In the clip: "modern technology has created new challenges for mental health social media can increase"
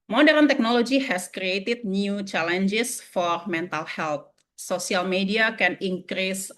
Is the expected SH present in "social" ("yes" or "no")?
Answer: no